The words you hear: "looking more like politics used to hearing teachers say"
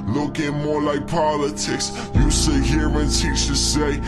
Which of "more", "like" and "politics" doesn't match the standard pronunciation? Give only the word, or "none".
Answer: none